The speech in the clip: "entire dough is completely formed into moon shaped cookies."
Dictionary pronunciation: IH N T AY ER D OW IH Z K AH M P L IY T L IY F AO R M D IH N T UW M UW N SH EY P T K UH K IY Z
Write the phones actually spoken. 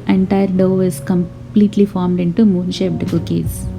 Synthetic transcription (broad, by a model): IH N T AY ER D OW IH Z K AH M P L IY T L IY F AO R M D IH N T UW M UW N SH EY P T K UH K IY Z